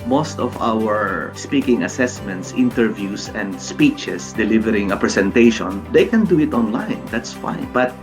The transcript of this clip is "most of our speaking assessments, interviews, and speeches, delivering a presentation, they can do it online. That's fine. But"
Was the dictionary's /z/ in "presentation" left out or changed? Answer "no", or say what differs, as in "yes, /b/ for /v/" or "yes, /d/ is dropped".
yes, /s/ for /z/